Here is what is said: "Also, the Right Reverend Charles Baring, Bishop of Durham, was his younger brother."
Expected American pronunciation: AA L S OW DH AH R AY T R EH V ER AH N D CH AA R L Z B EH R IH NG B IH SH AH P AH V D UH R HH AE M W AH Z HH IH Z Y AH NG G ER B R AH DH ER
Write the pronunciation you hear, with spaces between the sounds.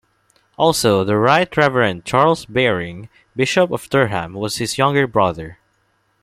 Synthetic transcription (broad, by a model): AA L S OW DH AH R AY T R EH V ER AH N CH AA R L S B EH R IH NG B IH SH AH P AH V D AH R HH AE M W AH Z HH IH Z Y AH NG G ER B R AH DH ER